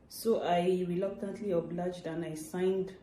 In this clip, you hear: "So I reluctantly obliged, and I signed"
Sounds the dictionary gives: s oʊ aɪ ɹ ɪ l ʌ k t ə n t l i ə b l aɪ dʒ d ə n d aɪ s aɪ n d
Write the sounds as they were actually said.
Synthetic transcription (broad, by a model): s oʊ aɪ ɹ ɪ l ʌ k t ə n t l i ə b l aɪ dʒ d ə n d aɪ s aɪ n d